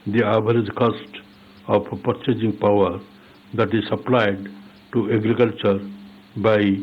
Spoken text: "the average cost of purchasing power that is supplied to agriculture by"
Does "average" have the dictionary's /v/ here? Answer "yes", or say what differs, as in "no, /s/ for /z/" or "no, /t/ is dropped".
no, /b/ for /v/